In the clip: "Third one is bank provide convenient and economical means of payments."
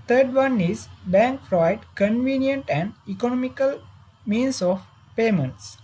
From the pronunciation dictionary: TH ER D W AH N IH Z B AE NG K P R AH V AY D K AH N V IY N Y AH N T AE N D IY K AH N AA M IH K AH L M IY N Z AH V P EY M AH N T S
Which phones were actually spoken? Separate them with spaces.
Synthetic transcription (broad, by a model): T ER D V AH N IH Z B AE NG K F R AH IH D K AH N V IY N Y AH N T AE N D IY K AH N AA M IH K AH L M IY N S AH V P EY M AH N T S